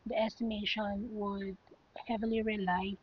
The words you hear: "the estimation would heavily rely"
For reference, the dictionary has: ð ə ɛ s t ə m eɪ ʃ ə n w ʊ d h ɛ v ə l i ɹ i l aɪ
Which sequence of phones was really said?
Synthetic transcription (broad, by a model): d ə ɛ s t ə m eɪ ʃ ə n w ʊ d h ɛ v ə l i ɹ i l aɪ